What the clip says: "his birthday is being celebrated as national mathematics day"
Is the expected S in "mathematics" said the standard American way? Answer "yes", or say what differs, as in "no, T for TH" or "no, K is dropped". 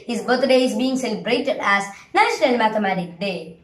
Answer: no, S is dropped